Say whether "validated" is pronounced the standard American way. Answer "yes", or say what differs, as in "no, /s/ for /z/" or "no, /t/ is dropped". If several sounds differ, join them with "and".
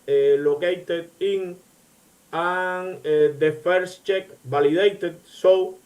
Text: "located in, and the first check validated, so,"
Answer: no, /b/ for /v/